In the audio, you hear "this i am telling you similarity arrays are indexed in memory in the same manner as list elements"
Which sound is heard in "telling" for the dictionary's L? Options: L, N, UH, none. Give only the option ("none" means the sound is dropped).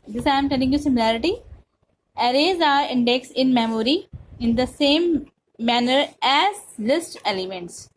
N